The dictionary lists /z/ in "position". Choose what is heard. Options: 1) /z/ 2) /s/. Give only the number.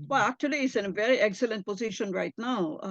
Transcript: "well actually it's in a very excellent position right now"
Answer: 1